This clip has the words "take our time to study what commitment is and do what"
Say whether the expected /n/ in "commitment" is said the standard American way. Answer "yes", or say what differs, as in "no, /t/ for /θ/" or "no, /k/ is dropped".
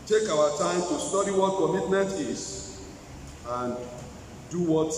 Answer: no, /n/ is dropped